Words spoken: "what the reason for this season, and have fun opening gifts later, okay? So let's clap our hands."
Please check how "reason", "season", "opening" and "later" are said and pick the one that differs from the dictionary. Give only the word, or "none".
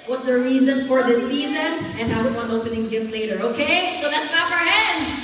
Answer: none